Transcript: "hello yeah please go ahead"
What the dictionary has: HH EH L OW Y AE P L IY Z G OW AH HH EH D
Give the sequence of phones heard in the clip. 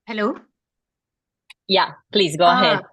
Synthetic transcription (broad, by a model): HH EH L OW Y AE P L IY Z G OW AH HH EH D